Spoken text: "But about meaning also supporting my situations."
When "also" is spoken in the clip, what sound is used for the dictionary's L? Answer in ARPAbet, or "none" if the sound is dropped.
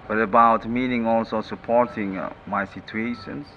L